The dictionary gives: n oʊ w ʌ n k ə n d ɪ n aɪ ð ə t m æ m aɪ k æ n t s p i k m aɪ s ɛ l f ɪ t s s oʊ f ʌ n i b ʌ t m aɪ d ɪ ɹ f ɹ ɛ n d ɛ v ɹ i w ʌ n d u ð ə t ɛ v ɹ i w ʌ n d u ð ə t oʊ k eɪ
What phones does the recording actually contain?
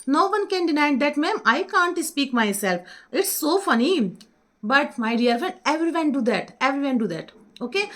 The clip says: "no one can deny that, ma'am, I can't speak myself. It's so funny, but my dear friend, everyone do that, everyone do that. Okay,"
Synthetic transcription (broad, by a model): n oʊ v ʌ n k ə n d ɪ n aɪ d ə t m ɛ m aɪ k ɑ n t s p i k m aɪ s ɛ l f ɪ t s s oʊ f ʌ n i b ʌ t m aɪ d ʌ ɹ f ɹ ɛ n d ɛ v ɹ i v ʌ n d u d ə t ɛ v ɹ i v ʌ n d u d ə t oʊ k eɪ